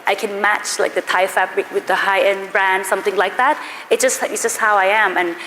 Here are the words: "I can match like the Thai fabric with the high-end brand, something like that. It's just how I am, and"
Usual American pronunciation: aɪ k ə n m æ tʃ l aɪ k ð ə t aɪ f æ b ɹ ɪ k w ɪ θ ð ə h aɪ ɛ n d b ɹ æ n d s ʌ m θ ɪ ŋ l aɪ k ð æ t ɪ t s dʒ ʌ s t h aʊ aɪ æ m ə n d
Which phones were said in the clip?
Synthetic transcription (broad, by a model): aɪ k ə n m æ tʃ l aɪ k ð ə t aɪ f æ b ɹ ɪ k w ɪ ð ə h aɪ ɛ n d b ɹ æ n d s ʌ m θ ɪ ŋ l aɪ k ð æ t ɪ t s dʒ ʌ s t h aʊ aɪ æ m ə n